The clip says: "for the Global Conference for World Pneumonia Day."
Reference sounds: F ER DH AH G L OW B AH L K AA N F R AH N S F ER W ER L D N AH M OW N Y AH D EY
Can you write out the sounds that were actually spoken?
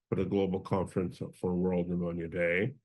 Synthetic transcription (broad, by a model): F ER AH G L OW B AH L K AA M F R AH N S F ER W ER L D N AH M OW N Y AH D EY